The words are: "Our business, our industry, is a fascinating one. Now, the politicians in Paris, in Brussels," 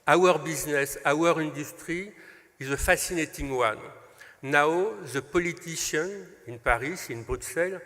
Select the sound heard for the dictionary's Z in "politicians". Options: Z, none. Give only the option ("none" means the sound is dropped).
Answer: none